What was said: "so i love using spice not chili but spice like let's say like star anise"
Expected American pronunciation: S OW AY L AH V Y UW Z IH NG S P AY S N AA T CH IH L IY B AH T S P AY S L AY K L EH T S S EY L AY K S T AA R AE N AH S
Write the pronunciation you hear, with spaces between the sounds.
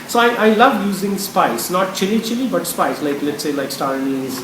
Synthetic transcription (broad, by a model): S OW AY L AH V Y UW Z IH NG S P AY S N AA T CH IH L IY B AH T S P AY S L AY K L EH T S S EY L AY K S T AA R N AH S